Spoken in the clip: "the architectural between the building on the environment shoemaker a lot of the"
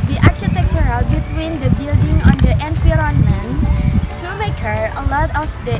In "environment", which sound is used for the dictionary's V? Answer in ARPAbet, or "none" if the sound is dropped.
F